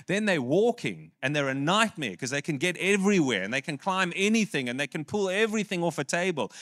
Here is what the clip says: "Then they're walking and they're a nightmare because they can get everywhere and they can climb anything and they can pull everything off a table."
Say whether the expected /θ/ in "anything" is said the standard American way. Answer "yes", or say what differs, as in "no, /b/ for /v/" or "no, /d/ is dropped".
yes